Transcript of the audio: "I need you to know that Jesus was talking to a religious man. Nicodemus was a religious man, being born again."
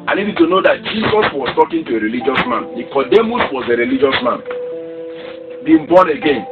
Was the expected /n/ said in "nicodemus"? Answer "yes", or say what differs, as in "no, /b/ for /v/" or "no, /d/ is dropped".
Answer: no, /l/ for /n/